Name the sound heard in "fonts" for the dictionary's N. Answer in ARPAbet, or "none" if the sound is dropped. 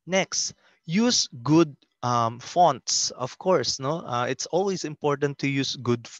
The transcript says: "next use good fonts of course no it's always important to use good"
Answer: N